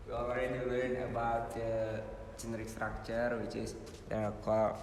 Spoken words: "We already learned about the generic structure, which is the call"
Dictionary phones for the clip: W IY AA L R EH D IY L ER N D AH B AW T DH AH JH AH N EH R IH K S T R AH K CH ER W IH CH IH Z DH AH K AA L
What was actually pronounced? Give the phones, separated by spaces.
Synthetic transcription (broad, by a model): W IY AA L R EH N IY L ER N AH B AW T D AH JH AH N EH R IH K S T R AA K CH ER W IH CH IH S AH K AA